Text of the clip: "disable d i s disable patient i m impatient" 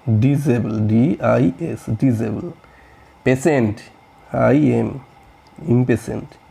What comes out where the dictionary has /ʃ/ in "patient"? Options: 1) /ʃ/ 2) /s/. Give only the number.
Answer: 2